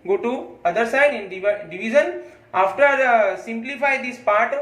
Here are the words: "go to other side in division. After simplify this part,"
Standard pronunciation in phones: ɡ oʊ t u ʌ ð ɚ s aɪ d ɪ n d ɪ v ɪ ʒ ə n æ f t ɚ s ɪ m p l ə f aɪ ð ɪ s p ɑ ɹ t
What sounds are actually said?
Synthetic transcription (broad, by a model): ɡ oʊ t u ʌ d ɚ s aɪ d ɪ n d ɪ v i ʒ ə n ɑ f t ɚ s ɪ m p l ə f aɪ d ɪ s p ɑ ɹ t